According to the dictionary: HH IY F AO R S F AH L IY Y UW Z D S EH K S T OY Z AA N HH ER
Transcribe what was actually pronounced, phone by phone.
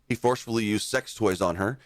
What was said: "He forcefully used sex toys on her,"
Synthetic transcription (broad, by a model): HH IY F AO R S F L IY Y UW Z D S EH K S T OY Z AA N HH ER